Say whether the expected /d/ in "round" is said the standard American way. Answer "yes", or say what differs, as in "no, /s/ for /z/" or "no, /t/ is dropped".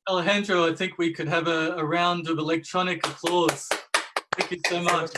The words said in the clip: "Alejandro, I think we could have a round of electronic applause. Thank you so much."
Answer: yes